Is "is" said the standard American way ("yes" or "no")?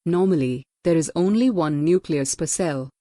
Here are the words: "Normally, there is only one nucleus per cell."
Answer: yes